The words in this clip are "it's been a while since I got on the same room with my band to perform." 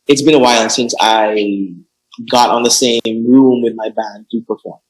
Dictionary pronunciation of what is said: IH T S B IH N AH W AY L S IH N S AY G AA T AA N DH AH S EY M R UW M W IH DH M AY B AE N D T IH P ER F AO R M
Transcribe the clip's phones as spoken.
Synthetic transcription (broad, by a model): IH T S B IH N AH W AY N S IH N S AY G AA T N DH AH S EY M R UW M W IH DH M AY B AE N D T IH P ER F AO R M